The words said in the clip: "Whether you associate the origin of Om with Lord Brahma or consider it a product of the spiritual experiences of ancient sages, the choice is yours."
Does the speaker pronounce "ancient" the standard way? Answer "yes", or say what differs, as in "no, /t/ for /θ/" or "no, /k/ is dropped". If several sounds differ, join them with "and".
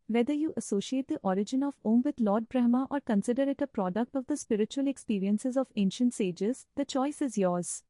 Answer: yes